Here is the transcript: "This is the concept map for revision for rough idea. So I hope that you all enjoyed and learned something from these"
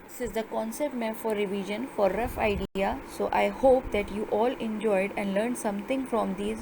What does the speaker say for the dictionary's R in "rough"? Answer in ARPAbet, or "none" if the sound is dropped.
R